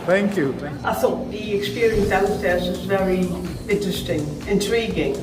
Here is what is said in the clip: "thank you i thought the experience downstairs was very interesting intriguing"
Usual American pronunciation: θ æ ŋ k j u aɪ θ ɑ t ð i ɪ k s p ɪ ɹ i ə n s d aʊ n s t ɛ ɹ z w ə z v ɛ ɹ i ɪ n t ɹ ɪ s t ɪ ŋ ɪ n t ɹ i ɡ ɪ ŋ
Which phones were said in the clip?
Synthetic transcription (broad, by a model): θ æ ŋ k j u aɪ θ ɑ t ð i ɪ k s p ɪ ɹ i ə n s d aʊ s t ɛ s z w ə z v ɛ ɹ i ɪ n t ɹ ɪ s t ɪ ŋ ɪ n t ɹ i ɡ ɪ ŋ